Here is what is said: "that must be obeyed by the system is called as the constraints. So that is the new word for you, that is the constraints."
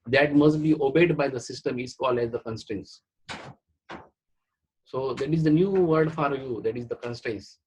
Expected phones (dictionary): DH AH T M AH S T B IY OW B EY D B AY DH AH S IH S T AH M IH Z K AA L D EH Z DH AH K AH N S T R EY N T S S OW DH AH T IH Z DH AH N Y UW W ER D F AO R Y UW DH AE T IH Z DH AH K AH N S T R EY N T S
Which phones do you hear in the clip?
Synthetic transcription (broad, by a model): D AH T M AH S T B IY OW B EY D B AY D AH S IH S T AH M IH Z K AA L EH Z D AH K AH N S T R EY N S S OW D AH T IH Z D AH N Y UW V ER D F AO R Y UW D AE T IH Z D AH K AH N S T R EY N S